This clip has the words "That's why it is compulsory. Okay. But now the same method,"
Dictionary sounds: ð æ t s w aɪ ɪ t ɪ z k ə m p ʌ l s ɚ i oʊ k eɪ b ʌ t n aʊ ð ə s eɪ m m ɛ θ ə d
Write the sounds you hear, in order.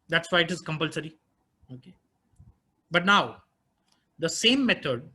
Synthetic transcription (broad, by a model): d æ t s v aɪ ɪ t ɪ z k ə m p ʌ l s ɚ i oʊ k eɪ b ʌ t n aʊ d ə s eɪ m m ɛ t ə d